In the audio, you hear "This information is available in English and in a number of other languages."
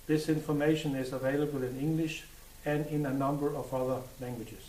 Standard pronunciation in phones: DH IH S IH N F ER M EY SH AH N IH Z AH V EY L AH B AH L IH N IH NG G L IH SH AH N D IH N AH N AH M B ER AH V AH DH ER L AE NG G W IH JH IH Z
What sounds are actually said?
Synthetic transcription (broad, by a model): DH IH S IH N F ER M EY SH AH N IH Z AH V EY L AH B AH L IH N IH NG G L IH SH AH N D IH N AH N AH M B ER AH V AH DH ER L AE NG G W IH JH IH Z